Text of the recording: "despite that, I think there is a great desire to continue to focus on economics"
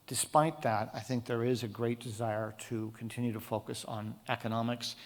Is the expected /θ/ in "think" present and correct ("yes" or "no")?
yes